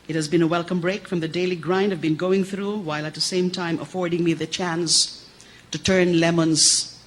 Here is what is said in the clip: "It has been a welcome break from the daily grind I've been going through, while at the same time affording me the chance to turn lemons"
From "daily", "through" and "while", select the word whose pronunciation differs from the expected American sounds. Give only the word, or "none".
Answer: none